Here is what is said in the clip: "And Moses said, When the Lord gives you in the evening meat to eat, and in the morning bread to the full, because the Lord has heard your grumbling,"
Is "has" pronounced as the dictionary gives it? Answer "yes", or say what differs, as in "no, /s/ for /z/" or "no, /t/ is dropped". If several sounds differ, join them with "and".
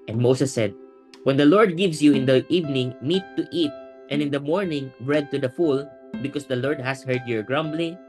no, /s/ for /z/